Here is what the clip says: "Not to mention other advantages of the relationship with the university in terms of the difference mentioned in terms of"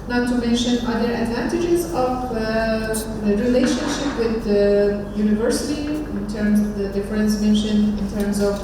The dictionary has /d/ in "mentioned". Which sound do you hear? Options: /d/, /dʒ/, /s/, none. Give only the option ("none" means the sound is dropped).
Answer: none